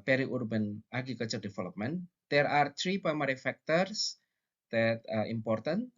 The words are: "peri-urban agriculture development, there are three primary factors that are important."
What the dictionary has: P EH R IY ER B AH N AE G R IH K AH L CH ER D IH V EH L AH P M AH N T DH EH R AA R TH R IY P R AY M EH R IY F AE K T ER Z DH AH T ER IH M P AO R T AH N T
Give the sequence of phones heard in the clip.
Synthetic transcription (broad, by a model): P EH R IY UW B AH N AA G IH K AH CH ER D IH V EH L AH P M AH N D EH R AA R T R IY P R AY M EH R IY F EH K T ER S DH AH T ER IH M P AO R T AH N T